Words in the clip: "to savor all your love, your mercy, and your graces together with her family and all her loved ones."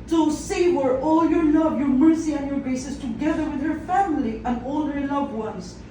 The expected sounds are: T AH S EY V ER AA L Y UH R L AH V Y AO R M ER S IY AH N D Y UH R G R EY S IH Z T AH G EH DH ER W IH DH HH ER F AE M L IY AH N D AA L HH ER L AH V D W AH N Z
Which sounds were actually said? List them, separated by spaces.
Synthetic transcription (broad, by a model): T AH S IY W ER AA L Y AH R L AH V Y AO R M ER S IY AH N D Y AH R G R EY S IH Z T AH G EH DH ER W IH DH HH ER F AE M L IY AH N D AA L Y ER L AH V D W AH N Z